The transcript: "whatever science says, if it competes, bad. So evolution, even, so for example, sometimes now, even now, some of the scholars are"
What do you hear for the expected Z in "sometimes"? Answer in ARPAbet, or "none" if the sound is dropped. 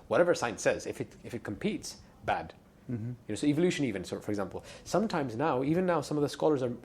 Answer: Z